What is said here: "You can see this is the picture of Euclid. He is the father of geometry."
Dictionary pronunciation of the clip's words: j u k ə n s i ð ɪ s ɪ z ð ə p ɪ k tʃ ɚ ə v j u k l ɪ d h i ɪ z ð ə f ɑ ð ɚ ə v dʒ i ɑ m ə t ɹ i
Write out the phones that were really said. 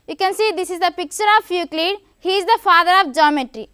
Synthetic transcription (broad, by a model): j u k ə n s i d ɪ s ɪ z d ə p ɪ k tʃ ɚ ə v j u k l ɪ d h i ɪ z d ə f ɑ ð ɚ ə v dʒ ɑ m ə t ɹ i